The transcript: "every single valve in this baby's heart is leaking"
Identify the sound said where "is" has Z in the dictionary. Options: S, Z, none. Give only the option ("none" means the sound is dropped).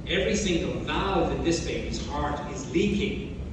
Z